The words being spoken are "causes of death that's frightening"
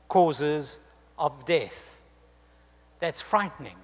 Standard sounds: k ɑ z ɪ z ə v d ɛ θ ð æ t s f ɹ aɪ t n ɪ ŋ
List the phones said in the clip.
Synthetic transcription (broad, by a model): k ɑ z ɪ z ə v d ɛ θ ð æ t s f ɹ aɪ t n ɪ ŋ